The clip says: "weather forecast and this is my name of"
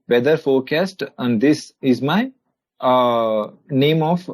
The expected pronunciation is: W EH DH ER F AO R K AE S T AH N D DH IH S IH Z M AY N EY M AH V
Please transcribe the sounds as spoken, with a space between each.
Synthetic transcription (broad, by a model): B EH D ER F AO R K AE S T AH N D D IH S IH Z M AY N EY M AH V